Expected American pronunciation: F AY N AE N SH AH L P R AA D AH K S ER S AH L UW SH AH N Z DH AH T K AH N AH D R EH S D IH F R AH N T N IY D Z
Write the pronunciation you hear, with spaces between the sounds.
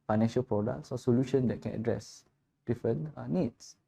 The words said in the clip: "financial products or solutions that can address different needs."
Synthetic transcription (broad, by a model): F AY N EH N SH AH L P R AA D AH K S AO S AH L UW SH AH N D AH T K AH N AH D R EH S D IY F AH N N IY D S